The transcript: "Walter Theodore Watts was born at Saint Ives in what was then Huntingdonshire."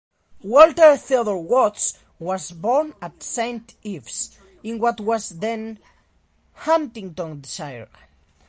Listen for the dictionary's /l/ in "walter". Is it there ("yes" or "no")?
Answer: yes